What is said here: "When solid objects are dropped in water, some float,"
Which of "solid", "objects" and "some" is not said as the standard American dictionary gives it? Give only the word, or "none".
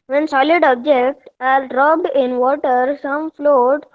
objects